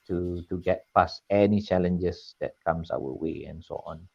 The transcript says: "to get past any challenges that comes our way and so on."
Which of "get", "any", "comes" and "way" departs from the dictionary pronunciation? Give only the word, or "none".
comes